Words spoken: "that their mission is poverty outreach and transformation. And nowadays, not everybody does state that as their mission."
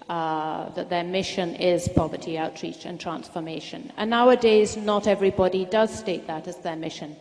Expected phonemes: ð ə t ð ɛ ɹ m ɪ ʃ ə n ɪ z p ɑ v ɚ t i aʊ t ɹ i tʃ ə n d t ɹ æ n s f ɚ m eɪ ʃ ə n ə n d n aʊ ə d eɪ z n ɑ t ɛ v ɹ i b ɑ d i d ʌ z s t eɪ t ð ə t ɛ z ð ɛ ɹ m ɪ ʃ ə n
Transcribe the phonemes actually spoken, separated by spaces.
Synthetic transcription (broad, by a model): ð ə t ð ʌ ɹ m ɪ ʃ ə n ɪ z p ɑ v ɚ t i aʊ t ɹ i tʃ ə n t ɹ æ n s f ɚ m eɪ ʃ ə n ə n n aʊ ə d eɪ z n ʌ t ɛ v ɹ i b ɑ d i d ʌ z s t eɪ t ð ə t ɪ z ð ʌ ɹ m ɪ ʃ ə n